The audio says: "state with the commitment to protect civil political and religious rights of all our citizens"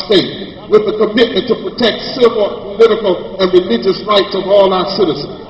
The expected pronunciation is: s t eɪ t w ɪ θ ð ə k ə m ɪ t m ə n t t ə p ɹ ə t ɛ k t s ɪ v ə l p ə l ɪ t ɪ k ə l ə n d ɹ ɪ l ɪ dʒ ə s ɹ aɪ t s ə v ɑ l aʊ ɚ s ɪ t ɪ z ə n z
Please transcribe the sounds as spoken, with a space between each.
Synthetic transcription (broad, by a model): s t eɪ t w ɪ ð ə k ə m ɪ t m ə n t t ə p ɹ ə t ɛ k t s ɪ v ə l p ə l ɪ t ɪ k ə l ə n ɹ ɪ l ɪ dʒ ə s ɹ aɪ t s ə v ɑ l aʊ ɚ s ɪ t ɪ z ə n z